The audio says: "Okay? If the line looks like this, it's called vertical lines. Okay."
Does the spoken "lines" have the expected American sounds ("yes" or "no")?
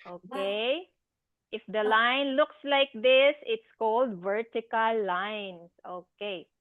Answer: no